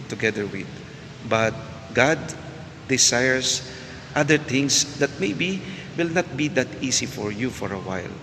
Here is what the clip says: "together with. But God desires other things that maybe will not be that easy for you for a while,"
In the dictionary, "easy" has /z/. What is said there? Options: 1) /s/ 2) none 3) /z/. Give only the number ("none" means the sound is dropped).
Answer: 1